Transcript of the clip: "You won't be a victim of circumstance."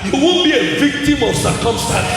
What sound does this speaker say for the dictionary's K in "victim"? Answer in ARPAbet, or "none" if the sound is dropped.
K